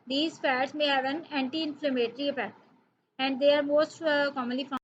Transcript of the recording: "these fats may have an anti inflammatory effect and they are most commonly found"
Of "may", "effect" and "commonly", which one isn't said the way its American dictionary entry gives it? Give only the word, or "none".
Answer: effect